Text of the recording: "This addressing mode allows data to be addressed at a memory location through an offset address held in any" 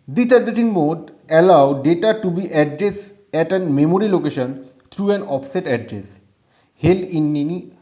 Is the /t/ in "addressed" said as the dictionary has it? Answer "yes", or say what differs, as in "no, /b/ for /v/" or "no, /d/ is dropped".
no, /t/ is dropped